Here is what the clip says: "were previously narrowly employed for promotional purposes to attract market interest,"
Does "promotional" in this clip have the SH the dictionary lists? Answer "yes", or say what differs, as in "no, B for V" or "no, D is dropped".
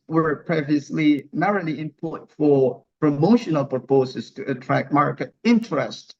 yes